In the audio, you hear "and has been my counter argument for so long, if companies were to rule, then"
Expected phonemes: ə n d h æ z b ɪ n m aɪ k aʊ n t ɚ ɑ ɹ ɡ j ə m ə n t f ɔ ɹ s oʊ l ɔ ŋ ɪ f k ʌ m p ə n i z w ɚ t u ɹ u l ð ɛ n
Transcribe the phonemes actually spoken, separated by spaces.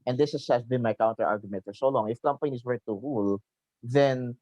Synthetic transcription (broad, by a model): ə n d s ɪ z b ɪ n m aɪ k aʊ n t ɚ ɑ ɹ ɡ j ə m ə n t f ɔ ɹ s oʊ l ɔ ŋ ɪ f k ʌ m p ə n i s w ɚ t u ɹ u l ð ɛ n